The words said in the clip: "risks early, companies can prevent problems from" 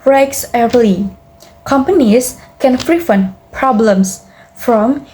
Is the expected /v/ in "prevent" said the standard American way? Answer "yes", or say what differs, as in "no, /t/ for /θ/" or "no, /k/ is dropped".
no, /f/ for /v/